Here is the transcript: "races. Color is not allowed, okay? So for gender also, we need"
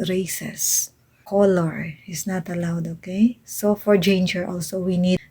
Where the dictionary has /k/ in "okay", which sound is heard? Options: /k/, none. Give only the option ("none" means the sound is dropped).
/k/